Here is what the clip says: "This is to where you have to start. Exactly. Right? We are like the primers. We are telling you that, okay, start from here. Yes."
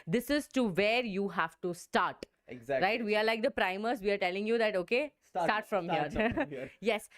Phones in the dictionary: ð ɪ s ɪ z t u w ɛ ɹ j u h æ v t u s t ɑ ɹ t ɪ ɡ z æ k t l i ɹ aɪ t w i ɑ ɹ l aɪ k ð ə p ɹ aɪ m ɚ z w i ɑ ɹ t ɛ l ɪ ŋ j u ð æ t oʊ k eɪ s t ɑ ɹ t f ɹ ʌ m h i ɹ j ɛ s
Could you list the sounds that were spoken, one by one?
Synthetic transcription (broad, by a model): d ɪ s ɪ z t u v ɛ ɹ j u h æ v t u s t ɑ ɹ t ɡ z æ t i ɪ t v i ɑ ɹ l aɪ k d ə p ɹ aɪ m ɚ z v i ɑ ɹ t ɛ l ɪ ŋ j u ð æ t oʊ k eɪ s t ɑ ɹ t f ɹ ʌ m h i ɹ j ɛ s